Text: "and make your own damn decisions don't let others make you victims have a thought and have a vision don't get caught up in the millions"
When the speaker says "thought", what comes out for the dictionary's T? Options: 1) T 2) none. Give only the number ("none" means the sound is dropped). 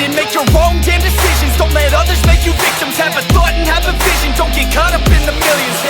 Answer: 2